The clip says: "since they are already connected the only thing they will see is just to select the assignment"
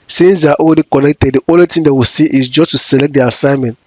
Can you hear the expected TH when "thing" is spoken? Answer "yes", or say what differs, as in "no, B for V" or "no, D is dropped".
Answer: no, T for TH